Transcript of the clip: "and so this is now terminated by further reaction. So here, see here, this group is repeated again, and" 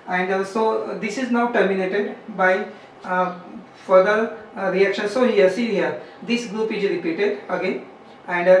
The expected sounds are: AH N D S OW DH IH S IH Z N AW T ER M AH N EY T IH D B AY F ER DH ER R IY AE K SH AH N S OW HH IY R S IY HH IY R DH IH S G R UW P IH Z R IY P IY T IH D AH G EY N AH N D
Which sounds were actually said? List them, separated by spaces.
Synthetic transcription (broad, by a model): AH N D S OW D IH S IH Z N AW T ER M AH N EY T IH D B AY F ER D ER R IY AE K SH AH N S OW HH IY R S IY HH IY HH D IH S G R UW P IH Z R IY P IY T IH D AH G EY N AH N D